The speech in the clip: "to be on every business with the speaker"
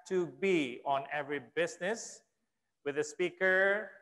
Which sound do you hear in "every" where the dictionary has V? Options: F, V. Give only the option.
V